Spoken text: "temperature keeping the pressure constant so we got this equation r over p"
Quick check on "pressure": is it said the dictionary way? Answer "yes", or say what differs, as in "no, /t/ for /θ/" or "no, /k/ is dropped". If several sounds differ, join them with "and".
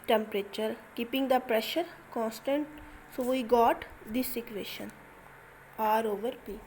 yes